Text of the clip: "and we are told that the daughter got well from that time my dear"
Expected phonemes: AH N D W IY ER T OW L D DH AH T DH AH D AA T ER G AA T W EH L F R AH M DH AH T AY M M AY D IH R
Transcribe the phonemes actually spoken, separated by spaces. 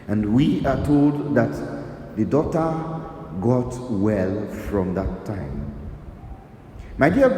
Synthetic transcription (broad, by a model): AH N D W IY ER T OW L D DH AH T DH AH D AA T ER G AA T W EH L F R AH M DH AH T AY M M AY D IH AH